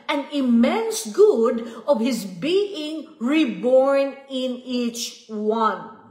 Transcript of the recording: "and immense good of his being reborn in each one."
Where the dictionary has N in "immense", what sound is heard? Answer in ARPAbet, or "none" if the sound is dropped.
N